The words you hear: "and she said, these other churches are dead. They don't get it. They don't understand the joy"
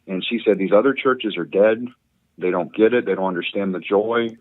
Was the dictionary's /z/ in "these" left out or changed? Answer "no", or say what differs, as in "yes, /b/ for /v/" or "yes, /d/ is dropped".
no